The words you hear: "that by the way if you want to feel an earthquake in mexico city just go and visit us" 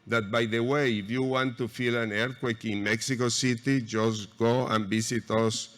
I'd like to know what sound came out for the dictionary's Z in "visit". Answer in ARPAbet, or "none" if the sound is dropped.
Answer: S